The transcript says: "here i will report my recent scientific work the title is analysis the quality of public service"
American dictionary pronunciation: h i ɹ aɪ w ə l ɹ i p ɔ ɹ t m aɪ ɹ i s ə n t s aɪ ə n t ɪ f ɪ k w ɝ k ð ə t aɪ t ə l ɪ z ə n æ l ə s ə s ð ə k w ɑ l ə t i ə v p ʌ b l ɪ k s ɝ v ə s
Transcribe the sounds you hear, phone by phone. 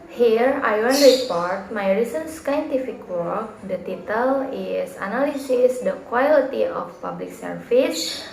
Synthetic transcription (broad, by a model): h i ɹ aɪ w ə n ɹ i p ɔ ɹ t m aɪ ɹ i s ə n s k aɪ n t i f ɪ k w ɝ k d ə t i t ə l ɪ s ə n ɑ l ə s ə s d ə k w ɑ l ə t i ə f p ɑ b l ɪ k s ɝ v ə s